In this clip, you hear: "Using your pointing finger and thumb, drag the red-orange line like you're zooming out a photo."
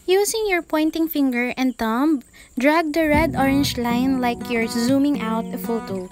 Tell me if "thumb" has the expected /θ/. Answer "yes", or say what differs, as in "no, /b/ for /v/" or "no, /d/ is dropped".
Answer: no, /t/ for /θ/